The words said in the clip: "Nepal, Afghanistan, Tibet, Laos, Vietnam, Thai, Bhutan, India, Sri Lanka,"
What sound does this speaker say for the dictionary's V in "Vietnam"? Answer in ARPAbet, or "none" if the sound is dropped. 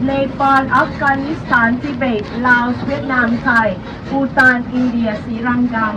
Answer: W